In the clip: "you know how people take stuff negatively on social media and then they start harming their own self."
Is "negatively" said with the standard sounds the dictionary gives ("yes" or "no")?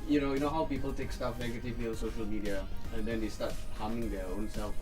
no